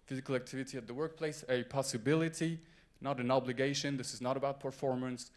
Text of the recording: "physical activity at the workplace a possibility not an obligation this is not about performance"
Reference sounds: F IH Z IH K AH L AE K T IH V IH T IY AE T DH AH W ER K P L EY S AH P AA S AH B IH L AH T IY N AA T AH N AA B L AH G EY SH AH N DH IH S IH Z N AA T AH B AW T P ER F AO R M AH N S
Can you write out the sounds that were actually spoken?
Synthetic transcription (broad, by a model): F IH Z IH K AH L AE K T IH V IH T IY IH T DH AH W ER K P L EY S AH P AA S AH B IH L AH T IY N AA T AH N AA B L AH G EY SH AH N DH IH S IH Z N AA T AH B AW T P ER F AO R M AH N S